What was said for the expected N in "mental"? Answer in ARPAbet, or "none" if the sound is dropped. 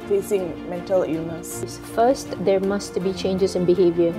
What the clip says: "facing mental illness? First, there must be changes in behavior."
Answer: N